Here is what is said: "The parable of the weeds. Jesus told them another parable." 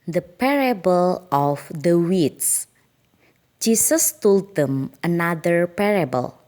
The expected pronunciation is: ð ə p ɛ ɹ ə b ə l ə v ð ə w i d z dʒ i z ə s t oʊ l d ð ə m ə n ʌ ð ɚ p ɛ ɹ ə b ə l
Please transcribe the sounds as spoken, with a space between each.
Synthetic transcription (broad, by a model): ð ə p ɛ ɹ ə b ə l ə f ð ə w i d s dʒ i s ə s t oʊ l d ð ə m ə n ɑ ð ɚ p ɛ ɹ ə b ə l